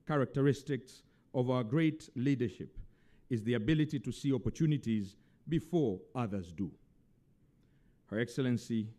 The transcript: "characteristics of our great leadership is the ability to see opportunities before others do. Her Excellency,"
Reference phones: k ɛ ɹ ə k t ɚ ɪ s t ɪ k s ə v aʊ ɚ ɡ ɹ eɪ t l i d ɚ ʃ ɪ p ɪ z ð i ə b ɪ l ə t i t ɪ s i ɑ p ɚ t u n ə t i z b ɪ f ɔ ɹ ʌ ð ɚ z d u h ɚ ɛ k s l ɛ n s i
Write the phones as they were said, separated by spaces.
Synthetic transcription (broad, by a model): k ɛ ɹ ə k t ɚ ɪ s t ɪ k s ə v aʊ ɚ ɡ ɹ eɪ t l i d ɚ ʃ ɪ p ɪ z ð i ə b ɪ l ə t i t ɪ s i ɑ p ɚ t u n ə t i z b ɪ f ɔ ɹ ʌ ð ɚ z d u h ɚ ɛ k s l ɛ n s i